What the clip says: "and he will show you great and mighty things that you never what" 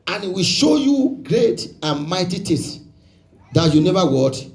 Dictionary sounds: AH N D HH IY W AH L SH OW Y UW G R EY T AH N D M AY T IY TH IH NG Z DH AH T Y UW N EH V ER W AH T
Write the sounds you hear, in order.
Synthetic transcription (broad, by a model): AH N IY W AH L SH OW Y UW G R EY T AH N M AY T IY T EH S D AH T Y UW N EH V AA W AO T